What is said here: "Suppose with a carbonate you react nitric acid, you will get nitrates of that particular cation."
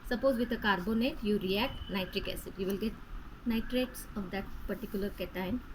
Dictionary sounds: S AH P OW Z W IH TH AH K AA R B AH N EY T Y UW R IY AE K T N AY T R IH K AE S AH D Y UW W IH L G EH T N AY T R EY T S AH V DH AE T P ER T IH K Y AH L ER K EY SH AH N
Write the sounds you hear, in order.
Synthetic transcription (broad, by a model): S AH P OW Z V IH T AH K AA R B AH N EY T Y UW R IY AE K T N AY T R IH K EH S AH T Y UW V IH L G EH T N AY T R EY T S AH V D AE T P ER T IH K Y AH L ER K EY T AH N